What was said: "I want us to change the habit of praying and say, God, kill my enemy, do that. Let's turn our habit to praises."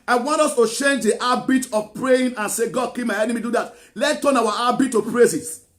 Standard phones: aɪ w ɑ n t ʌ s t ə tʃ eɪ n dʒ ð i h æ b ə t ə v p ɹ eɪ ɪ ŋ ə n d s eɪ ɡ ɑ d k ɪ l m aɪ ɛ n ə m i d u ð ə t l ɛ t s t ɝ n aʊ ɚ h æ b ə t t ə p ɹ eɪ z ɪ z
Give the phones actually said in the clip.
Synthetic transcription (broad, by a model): aɪ w ɑ n t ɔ s t ə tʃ eɪ n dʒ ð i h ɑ b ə t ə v p ɹ eɪ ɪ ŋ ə n s eɪ ɡ ɑ d k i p m aɪ ɛ n ə m i d u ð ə t l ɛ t t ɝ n aʊ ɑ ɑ b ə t t ə p ɹ eɪ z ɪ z